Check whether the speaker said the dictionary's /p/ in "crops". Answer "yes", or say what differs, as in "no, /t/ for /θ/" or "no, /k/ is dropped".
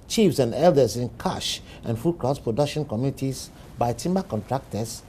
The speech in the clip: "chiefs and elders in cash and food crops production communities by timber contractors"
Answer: no, /p/ is dropped